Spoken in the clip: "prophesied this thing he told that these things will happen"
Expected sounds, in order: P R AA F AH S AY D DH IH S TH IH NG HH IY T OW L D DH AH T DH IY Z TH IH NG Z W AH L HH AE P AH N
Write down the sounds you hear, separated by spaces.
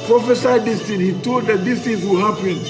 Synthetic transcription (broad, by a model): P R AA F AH S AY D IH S T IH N HH IY T OW L D DH AH T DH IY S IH Z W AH HH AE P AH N